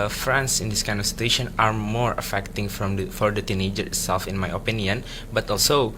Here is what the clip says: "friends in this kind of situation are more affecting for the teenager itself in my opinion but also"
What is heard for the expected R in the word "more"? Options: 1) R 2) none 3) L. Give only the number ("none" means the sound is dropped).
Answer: 1